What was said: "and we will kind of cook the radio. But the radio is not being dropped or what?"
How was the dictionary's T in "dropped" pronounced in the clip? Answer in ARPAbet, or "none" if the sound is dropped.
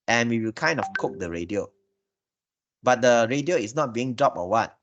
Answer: none